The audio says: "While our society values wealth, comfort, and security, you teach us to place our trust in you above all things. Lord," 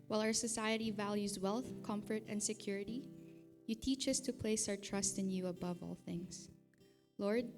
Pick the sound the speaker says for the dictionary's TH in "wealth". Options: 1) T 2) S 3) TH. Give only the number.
3